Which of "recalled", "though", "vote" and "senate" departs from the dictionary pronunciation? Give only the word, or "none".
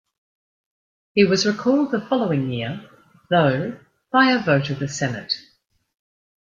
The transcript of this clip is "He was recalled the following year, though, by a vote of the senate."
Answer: none